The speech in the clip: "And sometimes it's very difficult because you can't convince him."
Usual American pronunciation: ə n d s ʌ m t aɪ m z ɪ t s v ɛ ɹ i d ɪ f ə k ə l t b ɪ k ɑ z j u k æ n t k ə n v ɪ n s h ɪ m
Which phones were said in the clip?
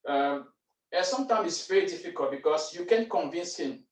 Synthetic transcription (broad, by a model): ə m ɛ s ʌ m t aɪ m ɪ t s v ɛ ɹ i d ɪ f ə k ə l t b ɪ k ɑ s j u k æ n k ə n v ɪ n s h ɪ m